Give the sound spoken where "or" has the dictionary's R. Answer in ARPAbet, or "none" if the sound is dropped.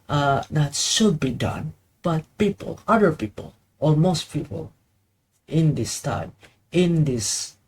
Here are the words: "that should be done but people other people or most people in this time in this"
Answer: L